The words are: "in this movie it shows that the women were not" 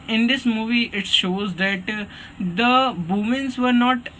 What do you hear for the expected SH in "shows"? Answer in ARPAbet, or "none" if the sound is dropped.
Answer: SH